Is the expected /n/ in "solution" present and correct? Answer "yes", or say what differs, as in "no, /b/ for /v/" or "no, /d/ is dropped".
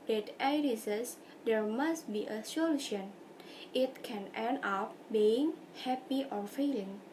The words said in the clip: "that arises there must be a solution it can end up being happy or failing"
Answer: yes